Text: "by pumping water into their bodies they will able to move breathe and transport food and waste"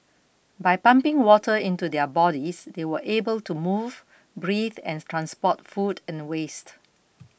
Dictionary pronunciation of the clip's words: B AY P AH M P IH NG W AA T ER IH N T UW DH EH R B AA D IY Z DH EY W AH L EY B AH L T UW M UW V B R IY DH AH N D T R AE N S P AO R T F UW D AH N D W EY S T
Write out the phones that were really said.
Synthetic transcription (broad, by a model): B AY P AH M P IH NG W AA T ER IH N T UW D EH B AA D IY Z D EY W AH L EY B AH L T UW M UW V B R IY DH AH N T R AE N S P AO T F UW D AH N W EY S T